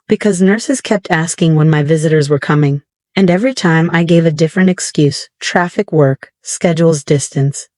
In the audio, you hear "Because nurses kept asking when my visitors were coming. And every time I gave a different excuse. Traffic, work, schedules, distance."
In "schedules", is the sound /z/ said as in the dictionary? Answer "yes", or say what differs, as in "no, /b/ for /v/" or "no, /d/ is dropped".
yes